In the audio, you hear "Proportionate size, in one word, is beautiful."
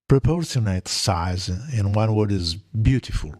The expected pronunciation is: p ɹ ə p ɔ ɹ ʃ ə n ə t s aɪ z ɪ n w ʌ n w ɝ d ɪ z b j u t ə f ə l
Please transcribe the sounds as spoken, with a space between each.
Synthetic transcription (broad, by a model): p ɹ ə p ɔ ɹ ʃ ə n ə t s aɪ z ɪ n w ʌ n w ɝ d ɪ z b j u t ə f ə l